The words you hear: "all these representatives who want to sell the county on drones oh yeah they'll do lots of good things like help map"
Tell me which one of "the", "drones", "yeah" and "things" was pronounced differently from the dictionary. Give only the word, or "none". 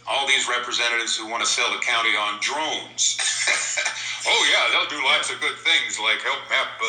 none